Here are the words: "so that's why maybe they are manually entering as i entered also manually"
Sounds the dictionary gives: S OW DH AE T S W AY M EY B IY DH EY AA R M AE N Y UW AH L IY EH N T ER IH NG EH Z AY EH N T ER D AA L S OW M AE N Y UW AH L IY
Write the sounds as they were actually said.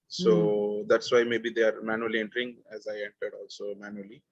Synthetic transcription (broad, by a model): S OW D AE T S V AY M EY B IY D EY AA R M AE N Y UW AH L IY EH N T ER IH NG EH Z AY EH N T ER D AA L S OW M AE N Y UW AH L IY